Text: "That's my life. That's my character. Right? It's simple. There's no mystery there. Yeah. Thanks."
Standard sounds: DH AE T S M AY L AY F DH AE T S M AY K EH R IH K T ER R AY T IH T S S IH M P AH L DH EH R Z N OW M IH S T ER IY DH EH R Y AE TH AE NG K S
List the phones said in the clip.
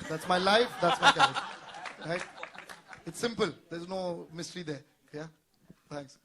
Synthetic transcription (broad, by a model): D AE T S M AY L AY F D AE T S M AY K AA IH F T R AY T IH T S S IH M P AH L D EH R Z N OW M IH S T ER IY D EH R Y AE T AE NG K S